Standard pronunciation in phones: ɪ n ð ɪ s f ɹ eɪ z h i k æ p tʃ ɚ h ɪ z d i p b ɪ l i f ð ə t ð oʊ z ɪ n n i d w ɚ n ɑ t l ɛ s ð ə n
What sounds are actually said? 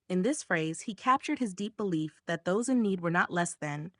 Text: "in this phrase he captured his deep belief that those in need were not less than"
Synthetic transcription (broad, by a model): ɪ n ð ɪ s f ɹ eɪ z h i k æ p tʃ ɚ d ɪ z d i p b ɪ l i f ð ə t ð oʊ z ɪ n n i d w ɚ n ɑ t l ɛ s ð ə n